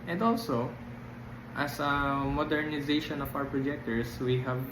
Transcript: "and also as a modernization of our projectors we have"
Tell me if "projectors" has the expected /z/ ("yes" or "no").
no